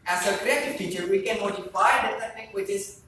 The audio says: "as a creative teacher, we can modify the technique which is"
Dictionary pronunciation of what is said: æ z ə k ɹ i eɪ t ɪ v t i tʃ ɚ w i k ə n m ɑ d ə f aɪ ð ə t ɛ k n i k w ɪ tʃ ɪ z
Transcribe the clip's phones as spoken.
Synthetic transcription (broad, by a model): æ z ə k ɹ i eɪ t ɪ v t i tʃ ɚ w i k ə n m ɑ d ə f aɪ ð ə s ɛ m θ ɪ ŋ w ɪ tʃ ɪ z